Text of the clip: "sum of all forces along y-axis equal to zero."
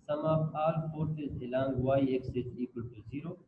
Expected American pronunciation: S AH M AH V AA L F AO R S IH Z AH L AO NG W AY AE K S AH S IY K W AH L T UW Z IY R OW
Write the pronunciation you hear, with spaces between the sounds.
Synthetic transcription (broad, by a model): S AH M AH P AA L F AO R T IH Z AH L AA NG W AY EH K S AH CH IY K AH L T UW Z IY R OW